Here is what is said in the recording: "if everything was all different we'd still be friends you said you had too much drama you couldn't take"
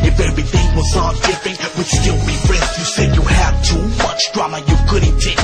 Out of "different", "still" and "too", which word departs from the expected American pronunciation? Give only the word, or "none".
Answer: different